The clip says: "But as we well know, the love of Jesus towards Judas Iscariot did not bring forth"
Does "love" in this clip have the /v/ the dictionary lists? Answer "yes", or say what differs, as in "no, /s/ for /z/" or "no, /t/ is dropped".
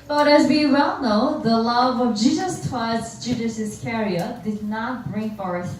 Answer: yes